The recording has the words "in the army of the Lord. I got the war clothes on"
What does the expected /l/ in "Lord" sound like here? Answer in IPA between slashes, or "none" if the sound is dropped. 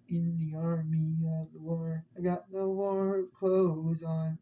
/w/